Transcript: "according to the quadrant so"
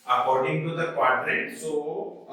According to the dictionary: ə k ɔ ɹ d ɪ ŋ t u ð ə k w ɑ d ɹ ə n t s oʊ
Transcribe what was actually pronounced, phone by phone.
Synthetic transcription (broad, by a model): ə k ɔ ɹ d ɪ ŋ t u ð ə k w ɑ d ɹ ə t s oʊ